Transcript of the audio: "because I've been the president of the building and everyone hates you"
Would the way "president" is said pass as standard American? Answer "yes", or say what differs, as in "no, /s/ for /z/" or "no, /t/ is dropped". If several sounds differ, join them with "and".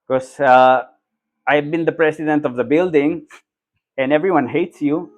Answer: no, /s/ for /z/